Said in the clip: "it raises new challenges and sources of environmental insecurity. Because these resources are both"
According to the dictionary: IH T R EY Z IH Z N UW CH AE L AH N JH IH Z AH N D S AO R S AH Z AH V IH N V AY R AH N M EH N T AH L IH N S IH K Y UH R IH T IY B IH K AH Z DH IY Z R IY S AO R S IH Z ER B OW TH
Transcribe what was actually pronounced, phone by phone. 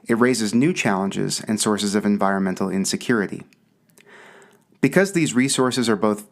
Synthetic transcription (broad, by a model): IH T R EY Z IH Z N UW CH AE L AH N JH IH Z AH N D S AO R S AH Z AH V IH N V AY R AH N M EH N T L IH N S IH K Y UH R IH T IY B IH K AH Z DH IY Z R IY S AO R S IH Z ER B OW TH